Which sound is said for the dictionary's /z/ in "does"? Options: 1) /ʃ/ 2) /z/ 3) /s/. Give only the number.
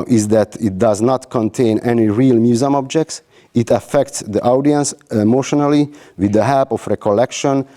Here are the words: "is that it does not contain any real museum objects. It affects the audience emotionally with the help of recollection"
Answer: 2